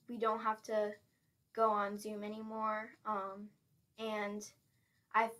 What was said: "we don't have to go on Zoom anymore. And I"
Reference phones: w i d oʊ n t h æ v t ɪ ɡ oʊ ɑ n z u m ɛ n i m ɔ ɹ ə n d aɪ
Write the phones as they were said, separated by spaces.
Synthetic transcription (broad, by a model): w i d oʊ n t h æ f t ɪ ɡ oʊ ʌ n z u m ɛ n i m ɔ ɹ ə n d aɪ